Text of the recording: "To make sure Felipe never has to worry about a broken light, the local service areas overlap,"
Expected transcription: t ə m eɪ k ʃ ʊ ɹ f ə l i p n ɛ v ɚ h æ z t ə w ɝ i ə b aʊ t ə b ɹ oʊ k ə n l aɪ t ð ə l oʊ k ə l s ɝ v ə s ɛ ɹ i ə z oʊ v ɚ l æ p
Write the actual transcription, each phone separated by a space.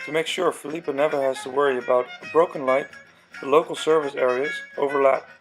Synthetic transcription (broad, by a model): t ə m eɪ k ʃ ʊ ɹ f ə l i p n ɛ v ɚ h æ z t ə w ɝ i ə b aʊ t ə b ɹ oʊ k ə n l aɪ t ð ə l oʊ k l s ɝ v ə s ɛ ɹ i ə z oʊ v ɚ l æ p